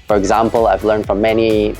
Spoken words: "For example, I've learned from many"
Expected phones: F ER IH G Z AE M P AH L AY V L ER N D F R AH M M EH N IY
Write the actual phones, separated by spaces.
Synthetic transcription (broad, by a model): F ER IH G Z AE M P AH L AY V L ER N D F R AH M M EH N IY